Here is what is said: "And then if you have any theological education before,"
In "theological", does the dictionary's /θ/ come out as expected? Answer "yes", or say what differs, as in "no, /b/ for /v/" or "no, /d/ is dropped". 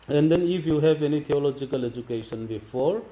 no, /t/ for /θ/